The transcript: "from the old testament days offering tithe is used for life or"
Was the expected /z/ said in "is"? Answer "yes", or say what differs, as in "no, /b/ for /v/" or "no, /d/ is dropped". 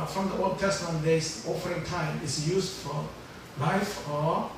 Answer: no, /s/ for /z/